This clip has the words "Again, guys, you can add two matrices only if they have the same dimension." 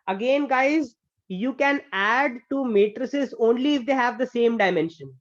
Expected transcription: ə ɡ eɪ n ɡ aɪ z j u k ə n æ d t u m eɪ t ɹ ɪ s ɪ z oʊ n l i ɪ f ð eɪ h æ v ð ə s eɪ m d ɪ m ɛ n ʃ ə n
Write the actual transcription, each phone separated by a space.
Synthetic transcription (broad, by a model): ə ɡ eɪ n ɡ aɪ z j u k ə n æ d t u m eɪ t ɹ ɪ s ɪ z oʊ n l i ɪ f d eɪ h æ v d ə s eɪ m d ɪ m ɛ n ʃ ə n